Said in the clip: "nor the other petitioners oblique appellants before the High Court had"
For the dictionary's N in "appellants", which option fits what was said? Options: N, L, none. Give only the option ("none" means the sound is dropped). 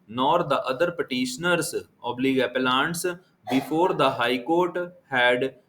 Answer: N